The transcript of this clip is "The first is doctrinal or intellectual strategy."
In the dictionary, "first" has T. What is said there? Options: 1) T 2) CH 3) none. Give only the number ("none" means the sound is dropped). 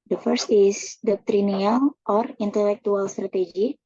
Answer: 1